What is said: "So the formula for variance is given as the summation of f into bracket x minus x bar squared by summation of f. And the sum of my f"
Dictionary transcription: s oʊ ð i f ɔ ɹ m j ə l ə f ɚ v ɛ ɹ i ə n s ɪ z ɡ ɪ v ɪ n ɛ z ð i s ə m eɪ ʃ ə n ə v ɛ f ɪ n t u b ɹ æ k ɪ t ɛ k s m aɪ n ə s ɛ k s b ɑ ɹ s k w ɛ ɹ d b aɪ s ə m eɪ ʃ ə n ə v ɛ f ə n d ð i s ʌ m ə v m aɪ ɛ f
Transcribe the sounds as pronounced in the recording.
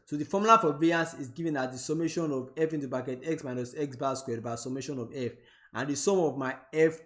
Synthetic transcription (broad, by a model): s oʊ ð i f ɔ m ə l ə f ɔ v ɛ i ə n s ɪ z ɡ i v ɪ n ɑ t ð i s ə m eɪ ʃ ə n ə v ɛ f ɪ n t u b ɑ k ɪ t ɛ k s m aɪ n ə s ɛ k s b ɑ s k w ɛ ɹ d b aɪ s ə m eɪ ʃ ə n ə v ɛ f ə n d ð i s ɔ m ə v m aɪ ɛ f